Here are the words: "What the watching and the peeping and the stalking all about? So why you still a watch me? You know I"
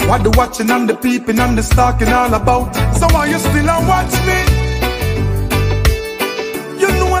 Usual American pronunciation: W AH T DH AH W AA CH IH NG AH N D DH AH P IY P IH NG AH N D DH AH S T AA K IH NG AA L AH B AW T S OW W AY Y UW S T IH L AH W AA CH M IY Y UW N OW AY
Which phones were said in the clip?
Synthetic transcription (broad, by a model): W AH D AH W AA CH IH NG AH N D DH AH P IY P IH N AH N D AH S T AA K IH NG AA L AH B AW T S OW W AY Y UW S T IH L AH W AA CH M IY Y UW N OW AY